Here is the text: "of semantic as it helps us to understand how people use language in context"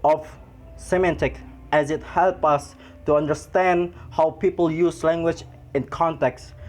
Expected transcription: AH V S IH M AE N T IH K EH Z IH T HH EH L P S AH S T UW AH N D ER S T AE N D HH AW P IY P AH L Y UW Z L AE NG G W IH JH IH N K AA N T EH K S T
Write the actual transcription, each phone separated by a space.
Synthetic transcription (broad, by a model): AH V S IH M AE N T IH K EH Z IH T HH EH L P AH S T UW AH N D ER S T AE N D HH AW P IY P AH L Y UW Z L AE NG G W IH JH IH N K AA N T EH K S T